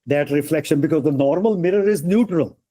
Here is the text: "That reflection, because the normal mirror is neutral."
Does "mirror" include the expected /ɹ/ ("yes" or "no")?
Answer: yes